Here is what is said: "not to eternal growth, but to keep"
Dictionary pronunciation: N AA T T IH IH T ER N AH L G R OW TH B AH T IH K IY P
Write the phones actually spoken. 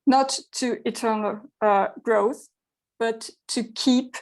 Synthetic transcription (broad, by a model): N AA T T IH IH T ER N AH L G R OW TH B AH T IH K IY P